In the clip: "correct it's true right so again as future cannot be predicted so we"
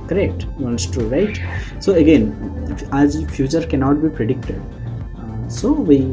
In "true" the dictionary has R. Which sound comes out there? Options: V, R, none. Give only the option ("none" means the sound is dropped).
none